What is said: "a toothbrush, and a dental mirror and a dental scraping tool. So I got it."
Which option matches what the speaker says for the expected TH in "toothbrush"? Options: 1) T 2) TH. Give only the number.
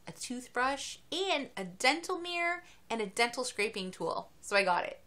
2